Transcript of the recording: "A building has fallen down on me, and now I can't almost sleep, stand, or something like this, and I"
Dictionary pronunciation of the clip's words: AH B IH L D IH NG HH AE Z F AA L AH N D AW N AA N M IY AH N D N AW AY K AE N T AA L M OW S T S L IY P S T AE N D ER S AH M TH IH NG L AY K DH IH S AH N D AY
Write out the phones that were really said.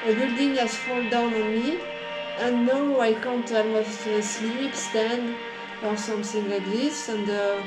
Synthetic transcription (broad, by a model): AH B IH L D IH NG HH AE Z F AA L D AW N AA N M IY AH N N AW AY K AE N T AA M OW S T S L IY P S T AE N D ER S AH M TH IH NG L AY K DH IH S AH N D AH